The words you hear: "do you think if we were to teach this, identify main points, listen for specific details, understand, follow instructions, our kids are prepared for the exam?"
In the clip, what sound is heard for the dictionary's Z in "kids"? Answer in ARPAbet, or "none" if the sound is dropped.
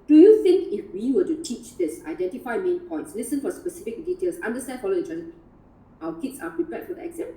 S